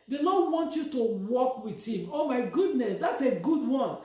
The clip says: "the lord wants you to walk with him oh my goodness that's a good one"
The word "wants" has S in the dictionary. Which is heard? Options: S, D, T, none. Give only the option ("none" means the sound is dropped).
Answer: none